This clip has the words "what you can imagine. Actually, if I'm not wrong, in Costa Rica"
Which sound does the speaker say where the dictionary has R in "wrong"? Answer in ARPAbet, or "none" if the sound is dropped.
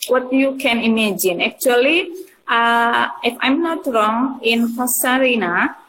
R